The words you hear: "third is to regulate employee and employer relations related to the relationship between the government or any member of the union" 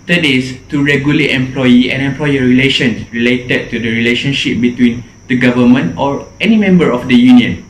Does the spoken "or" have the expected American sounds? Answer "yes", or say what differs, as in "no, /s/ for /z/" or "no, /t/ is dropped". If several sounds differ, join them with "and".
yes